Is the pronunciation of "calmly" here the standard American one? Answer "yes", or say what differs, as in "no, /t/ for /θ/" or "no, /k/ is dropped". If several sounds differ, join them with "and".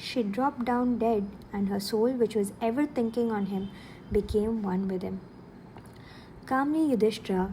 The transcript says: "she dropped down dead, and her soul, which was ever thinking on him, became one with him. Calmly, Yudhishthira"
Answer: no, /n/ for /l/